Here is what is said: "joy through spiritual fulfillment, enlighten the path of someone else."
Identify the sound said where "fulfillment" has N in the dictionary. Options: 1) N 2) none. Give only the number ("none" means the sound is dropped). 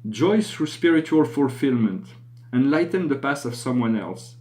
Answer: 1